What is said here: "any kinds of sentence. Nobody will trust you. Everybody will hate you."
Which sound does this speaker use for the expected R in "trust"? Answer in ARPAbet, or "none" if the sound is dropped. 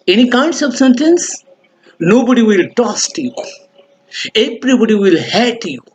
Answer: none